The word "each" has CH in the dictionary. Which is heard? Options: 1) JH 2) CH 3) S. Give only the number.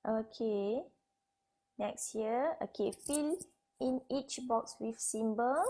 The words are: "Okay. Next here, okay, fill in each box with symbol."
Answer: 2